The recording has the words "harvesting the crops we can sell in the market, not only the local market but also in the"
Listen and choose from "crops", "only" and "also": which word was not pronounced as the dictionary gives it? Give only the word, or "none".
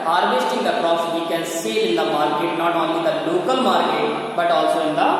crops